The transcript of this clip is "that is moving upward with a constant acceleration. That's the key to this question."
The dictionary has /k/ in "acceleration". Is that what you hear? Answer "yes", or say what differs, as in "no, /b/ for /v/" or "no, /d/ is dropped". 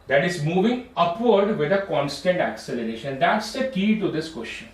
yes